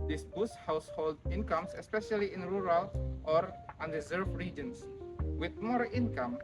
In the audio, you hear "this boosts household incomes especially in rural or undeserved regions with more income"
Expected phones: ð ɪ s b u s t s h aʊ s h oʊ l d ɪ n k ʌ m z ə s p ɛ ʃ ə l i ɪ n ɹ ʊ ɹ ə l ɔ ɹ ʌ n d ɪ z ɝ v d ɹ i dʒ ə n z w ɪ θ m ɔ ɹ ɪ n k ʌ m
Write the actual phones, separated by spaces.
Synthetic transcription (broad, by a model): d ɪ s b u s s h aʊ s h oʊ l d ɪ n k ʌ m s ə s p ɛ ʃ ə l i ɪ n ɹ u ɹ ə l ɔ ɹ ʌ n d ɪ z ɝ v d ɹ i dʒ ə n s w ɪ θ m ɔ ɹ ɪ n k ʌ m